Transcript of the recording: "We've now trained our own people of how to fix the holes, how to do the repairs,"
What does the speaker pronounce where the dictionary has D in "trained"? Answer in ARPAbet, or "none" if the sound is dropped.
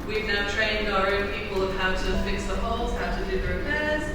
D